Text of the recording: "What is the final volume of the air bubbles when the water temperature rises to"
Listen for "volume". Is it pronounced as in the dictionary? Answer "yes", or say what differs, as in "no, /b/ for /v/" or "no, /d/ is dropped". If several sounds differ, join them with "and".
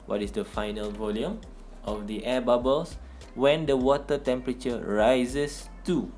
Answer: yes